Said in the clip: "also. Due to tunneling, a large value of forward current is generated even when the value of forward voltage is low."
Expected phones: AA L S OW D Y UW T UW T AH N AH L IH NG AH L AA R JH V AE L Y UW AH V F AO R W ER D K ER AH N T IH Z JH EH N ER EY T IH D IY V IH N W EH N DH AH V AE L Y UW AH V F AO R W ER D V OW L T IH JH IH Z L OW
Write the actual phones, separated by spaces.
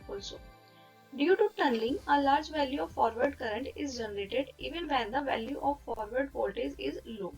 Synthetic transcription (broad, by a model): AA L S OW D Y UW T UW T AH N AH L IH NG AH L AA R JH V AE L Y UW AH V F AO R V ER D K ER AH N T IH Z JH EH N ER EY T IH D IY V IH N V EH N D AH V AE L Y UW AH V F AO R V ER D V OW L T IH Z IH Z L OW